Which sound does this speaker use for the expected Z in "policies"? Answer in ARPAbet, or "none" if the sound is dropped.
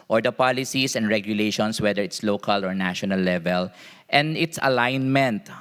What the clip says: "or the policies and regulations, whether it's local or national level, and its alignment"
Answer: S